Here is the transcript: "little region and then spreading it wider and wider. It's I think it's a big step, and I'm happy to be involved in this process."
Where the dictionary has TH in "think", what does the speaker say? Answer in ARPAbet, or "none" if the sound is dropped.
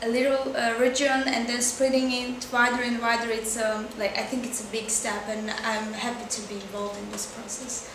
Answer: TH